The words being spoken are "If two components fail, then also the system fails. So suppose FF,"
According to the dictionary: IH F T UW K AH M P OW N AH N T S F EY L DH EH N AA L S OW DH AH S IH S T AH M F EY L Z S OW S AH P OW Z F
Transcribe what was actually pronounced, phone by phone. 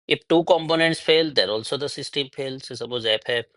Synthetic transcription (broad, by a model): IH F T UW K AH M P OW N AH N T S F EY L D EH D AA L S OW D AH S IH S T AH M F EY L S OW S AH B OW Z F